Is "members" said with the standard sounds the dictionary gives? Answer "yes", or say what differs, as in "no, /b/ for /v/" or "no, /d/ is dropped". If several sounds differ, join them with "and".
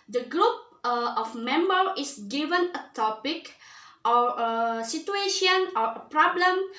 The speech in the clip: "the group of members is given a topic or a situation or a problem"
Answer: no, /z/ is dropped